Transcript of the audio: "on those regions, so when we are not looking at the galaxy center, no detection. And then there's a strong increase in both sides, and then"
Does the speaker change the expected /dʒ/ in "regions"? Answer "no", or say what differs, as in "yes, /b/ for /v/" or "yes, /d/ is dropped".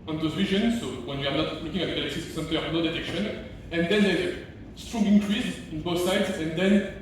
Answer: yes, /ʒ/ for /dʒ/